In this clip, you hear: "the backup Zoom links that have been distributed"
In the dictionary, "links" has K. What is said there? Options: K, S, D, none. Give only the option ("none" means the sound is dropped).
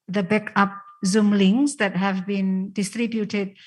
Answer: none